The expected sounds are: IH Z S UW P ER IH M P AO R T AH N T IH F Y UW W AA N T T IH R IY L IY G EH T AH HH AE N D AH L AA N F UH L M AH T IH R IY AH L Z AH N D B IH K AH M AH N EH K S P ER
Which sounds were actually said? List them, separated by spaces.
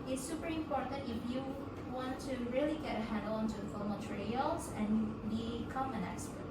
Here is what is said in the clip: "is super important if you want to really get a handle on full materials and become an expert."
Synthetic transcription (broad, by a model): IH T S UW P ER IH M P AO R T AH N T IH F Y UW W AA N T T IH R IY L IY G EH T AH HH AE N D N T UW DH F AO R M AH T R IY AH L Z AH N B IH K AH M AH N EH K S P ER